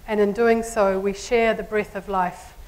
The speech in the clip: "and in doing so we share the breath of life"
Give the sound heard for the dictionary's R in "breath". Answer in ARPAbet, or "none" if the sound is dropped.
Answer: R